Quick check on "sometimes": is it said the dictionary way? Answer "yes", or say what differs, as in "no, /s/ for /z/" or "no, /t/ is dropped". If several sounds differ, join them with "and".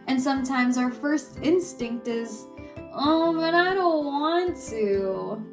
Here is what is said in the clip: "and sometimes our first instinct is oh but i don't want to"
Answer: yes